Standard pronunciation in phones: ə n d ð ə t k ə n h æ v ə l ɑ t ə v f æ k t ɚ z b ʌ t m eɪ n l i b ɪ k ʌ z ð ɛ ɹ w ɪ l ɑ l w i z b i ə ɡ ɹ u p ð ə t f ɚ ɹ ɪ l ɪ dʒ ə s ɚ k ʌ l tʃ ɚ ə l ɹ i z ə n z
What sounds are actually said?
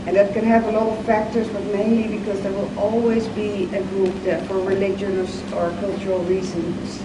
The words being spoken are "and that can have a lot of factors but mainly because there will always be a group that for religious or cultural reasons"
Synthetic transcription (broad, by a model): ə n ð ə t k ə n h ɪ v ə l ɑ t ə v f æ k t ɚ z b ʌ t m eɪ n l i b ɪ k ʌ z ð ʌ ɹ w ɪ l ɑ l w i z b i ə ɡ ɹ u p ð ə t f ɚ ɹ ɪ l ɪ dʒ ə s ɚ k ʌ l tʃ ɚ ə l ɹ i z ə n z